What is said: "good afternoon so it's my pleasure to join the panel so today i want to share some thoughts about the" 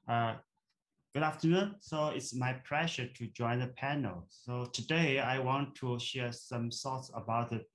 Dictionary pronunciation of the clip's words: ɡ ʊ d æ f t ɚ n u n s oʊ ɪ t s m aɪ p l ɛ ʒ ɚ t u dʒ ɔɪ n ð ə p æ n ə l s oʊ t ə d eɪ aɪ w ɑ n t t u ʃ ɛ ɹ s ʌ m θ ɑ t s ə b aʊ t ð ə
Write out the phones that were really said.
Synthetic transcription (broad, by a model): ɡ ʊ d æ f t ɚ n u n s oʊ ɪ t s m aɪ p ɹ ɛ ʃ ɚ t u dʒ ɔɪ n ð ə p æ n ə l s oʊ t ə d eɪ aɪ w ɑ n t t u ʃ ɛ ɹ s ʌ m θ ɑ t s ə b aʊ t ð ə